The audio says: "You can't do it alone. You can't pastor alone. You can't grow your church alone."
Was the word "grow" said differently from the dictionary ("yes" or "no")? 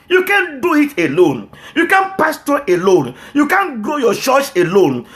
yes